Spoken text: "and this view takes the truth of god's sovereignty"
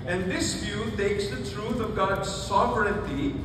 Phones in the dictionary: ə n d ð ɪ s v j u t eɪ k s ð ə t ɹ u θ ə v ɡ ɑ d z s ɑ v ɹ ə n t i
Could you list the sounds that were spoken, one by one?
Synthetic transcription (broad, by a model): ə n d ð ɪ s v j u t eɪ k s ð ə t ɹ u t ə v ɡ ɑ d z s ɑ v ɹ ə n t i